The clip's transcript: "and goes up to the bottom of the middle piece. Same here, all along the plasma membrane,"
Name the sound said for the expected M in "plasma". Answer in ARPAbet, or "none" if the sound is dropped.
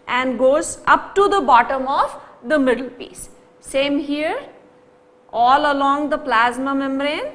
M